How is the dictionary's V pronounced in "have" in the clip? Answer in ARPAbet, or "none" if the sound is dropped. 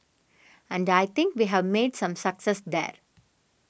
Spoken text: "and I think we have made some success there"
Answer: V